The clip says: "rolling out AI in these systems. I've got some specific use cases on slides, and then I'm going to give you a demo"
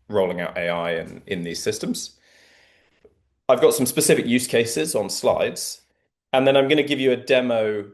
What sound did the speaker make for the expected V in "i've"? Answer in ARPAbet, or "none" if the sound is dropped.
V